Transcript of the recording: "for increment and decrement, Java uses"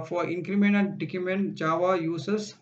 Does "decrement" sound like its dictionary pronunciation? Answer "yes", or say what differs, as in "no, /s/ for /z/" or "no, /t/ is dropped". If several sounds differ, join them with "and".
no, /ɹ/ is dropped